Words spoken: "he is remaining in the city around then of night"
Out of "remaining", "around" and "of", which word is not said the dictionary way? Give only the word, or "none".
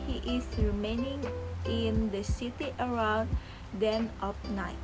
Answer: of